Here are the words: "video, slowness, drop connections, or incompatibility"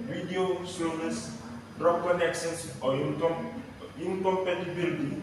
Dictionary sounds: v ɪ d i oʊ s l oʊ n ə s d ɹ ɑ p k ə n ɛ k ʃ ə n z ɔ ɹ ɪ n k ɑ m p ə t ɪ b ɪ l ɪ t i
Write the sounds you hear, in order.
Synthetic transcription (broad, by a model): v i d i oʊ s oʊ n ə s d ɹ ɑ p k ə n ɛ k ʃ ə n s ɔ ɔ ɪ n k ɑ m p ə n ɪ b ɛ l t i